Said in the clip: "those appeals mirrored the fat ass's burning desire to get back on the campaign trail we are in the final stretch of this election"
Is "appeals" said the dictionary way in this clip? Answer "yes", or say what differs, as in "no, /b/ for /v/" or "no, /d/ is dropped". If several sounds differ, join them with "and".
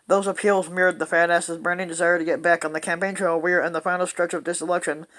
yes